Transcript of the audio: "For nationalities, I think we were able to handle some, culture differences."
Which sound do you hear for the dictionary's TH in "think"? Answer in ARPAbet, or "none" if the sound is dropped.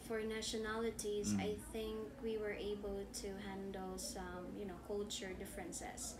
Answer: TH